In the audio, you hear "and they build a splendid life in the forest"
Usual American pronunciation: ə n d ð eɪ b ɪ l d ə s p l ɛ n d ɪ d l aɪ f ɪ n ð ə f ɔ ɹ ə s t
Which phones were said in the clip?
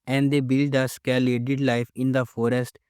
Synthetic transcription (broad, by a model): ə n d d eɪ b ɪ l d ə s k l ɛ d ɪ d l aɪ f ɪ n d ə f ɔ ɹ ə s t